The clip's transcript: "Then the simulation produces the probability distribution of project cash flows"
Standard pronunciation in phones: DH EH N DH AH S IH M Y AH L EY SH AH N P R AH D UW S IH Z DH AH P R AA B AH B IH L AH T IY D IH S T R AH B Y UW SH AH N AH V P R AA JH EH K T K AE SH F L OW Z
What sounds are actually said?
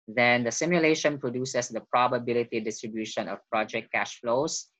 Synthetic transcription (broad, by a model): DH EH N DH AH S IH M Y AH L EY SH AH N P R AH D UW S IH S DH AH P R AA B AH B IH L AH T IY D IH S T R AH B Y UW SH AH N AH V P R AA JH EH K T K AE SH F L OW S